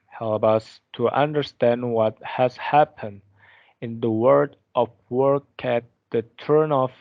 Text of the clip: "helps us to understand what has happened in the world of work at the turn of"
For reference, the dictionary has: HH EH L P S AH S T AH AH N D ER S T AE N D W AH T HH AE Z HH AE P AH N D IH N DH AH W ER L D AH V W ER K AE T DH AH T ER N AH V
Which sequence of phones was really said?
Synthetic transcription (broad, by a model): HH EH L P AH S T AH AH N D ER S T AE N D W AH T HH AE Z HH AE P AH N D IH N DH AH W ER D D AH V W ER K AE T DH AH T ER N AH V